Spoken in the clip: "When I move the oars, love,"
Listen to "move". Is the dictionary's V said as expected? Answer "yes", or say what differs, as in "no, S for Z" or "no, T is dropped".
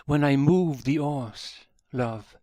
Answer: yes